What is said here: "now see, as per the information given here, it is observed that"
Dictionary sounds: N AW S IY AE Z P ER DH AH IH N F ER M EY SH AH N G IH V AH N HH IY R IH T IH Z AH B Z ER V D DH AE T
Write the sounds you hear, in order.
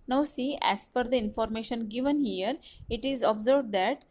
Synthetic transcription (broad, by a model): N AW S IY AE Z F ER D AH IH N F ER M EY SH AH N G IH V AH N HH IY R IH T IH Z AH B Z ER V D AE T